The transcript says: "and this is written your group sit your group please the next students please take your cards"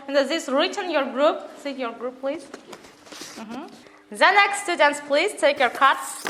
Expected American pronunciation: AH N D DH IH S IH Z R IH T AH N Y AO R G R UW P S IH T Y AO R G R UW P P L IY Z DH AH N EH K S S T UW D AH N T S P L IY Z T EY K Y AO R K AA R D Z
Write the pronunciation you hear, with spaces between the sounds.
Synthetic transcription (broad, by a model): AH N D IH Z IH S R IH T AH N Y AO R G R UW P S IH Y AO R G R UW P P L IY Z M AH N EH K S S T UW D AH N T S P L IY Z T EY K Y AO R K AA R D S